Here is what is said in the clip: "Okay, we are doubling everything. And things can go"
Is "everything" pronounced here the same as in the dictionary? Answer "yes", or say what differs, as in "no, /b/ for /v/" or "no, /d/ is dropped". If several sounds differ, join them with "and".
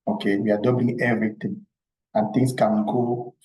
no, /t/ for /θ/